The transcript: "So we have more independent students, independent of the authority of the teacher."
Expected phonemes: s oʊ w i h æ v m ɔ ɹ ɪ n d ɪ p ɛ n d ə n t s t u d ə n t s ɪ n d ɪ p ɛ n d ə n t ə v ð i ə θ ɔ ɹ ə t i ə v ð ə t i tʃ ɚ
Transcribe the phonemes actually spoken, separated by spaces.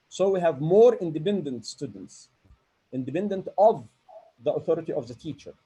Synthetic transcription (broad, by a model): s oʊ w i h æ v m ɔ ɹ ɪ n d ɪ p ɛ n d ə n t s t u d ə n t s ɪ n d ɪ p ɛ n d ə n t ə v ð i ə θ ɔ ɹ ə t i ə v ð ə t i tʃ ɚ